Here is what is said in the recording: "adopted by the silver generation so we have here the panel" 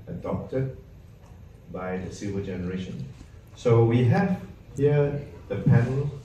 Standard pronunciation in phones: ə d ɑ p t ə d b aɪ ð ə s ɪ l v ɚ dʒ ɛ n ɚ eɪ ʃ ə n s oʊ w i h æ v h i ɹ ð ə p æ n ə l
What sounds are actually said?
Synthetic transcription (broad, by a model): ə d ɑ p t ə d b aɪ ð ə s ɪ v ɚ dʒ ɛ n ɚ eɪ ʃ ə n s oʊ w i h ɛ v h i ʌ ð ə p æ n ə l